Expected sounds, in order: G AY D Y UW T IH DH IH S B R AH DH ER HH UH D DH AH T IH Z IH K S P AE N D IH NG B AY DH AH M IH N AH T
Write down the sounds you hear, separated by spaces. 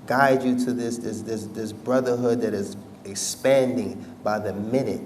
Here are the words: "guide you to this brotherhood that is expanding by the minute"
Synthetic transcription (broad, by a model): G AY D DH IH S IH DH IH S B R AH DH ER HH UH D DH AH T IH Z IH K S P AE N D IH NG B AY DH AH M IH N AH T